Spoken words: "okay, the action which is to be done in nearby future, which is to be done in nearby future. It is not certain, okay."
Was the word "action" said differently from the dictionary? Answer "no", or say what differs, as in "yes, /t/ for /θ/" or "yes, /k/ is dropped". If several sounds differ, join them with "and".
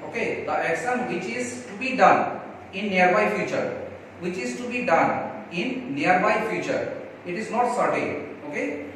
yes, /s/ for /ʃ/